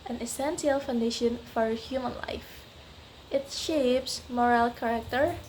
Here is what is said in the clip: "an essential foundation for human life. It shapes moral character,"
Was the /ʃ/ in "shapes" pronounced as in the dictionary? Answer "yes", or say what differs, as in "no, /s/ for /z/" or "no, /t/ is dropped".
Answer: yes